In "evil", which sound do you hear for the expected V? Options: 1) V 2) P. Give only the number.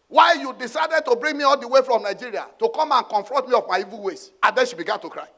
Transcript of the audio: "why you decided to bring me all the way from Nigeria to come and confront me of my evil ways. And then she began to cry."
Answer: 1